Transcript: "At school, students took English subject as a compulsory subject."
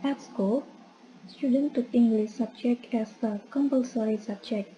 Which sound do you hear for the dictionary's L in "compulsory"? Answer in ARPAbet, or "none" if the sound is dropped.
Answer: L